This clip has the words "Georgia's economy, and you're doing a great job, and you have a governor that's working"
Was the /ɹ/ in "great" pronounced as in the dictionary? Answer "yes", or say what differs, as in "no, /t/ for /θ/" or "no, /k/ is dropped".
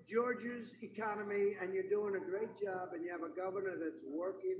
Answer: yes